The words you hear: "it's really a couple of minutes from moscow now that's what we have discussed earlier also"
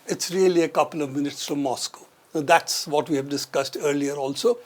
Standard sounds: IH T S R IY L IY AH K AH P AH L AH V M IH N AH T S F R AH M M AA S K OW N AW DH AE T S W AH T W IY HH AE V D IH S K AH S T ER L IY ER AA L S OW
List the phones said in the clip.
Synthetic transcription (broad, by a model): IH T S R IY L IY AH K AH P AH L AH V M IH N AH T S F R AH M M AA S K OW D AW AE T S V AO T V IY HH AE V D IH S K AH S T ER L IY ER AA L S OW